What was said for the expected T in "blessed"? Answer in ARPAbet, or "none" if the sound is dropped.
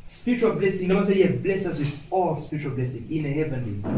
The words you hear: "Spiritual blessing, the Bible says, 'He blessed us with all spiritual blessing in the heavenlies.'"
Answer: none